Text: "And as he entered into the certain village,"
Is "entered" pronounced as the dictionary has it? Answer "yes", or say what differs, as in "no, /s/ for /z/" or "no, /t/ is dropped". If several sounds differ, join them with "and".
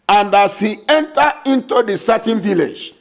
no, /d/ is dropped